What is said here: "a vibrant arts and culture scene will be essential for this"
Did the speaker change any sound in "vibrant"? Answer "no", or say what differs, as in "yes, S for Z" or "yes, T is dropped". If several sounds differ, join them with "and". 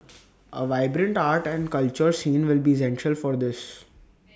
no